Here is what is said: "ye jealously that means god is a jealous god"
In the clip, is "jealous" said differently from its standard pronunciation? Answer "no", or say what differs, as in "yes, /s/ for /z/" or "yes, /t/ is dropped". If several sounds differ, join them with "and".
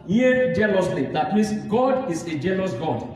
yes, /n/ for /l/